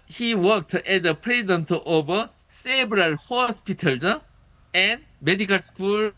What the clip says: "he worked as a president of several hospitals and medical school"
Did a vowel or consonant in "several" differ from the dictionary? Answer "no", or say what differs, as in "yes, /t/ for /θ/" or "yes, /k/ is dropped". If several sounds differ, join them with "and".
yes, /b/ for /v/